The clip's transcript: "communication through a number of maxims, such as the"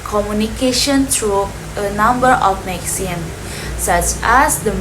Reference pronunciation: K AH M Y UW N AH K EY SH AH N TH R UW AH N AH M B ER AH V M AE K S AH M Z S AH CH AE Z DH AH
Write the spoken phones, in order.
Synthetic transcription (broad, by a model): K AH M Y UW N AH K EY SH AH N T R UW AH N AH M B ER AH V M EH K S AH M S AH CH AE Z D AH